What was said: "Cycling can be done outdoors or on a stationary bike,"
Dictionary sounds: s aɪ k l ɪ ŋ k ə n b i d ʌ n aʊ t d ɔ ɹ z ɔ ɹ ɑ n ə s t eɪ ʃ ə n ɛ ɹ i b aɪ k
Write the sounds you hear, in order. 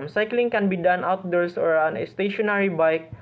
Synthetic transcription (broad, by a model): s aɪ k l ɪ ŋ k ə n b i d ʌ n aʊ t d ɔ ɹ s ɔ ɹ ɑ n ə s t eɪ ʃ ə n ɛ ɹ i b aɪ k